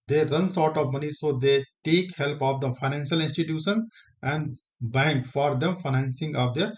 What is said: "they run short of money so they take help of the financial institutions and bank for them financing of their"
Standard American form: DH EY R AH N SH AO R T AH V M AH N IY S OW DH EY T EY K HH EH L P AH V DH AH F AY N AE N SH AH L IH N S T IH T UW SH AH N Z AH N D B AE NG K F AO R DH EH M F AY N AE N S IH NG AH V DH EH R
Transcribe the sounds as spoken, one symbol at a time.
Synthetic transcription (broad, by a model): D EY R AH N S AO R T AH V M AH N IY S OW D EY T EY K HH EH L P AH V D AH F AY N AE N SH AH L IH N S T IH T UW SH AH N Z AH N D B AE NG K F AO R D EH M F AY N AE N S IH NG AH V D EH R